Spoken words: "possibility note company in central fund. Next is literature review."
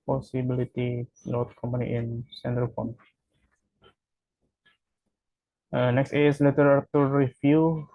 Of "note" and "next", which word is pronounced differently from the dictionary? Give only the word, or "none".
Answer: note